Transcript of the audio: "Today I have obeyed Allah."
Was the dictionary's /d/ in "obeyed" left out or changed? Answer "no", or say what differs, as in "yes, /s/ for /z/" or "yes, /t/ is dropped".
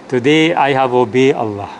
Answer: yes, /d/ is dropped